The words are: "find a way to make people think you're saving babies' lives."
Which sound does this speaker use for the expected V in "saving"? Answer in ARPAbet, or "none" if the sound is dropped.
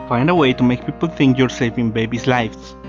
F